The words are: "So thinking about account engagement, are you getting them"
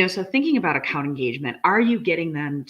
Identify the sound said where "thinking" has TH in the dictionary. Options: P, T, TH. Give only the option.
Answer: TH